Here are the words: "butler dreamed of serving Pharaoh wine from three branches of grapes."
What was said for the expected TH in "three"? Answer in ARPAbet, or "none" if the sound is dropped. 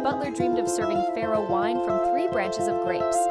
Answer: TH